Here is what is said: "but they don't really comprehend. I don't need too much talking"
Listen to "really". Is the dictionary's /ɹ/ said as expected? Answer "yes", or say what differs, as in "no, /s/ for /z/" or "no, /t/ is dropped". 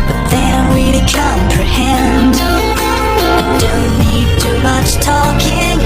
no, /w/ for /ɹ/